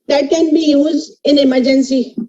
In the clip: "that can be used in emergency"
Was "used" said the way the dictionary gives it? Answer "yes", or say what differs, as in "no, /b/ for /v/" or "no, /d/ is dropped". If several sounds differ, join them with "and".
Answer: no, /d/ is dropped